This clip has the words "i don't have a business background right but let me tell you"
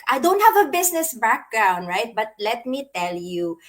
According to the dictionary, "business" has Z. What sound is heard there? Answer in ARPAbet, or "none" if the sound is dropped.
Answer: S